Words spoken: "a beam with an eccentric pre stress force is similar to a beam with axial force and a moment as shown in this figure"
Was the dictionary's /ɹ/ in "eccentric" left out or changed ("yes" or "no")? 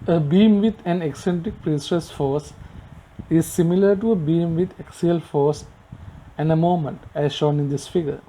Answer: no